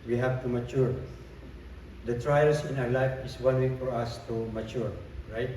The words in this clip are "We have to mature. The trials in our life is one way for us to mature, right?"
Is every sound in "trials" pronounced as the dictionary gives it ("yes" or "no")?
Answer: no